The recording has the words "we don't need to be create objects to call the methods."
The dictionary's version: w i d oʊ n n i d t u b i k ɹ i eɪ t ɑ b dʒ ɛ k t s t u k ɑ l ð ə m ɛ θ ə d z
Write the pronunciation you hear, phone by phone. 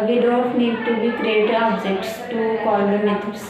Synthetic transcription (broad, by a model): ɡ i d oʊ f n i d t u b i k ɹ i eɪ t ɑ b dʒ ɛ k t s t u k ɑ l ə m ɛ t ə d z